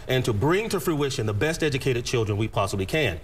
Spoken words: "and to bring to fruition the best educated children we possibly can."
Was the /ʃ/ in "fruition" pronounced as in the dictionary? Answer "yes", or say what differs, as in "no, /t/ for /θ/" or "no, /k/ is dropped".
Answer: yes